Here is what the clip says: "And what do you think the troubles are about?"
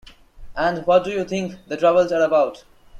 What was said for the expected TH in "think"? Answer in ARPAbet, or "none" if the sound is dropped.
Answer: T